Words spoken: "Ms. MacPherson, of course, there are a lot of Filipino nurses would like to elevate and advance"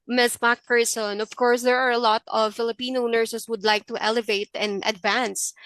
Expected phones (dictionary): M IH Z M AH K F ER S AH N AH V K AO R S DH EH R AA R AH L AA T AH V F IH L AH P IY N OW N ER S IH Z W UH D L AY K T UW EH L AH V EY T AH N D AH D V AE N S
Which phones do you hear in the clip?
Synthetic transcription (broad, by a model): M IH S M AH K P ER S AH N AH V K AO R S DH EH R AA R AH L AA T AH V F IH L AH P IY N OW N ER S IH S W UH D L AY K T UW EH L AH V EY T AH N D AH D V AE N S